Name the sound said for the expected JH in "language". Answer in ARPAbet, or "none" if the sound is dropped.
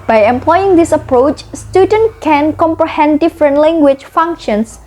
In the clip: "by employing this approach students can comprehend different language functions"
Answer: CH